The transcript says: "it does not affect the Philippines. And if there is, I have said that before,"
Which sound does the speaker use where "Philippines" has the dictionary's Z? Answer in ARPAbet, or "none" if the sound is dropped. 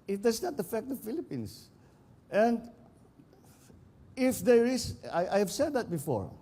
S